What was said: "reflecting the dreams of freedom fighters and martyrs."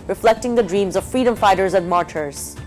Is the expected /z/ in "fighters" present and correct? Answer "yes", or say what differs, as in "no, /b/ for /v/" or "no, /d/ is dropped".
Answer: yes